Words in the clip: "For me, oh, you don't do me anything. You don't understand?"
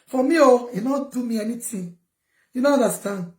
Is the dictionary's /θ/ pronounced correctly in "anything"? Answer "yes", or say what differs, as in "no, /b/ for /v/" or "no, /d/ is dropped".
no, /t/ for /θ/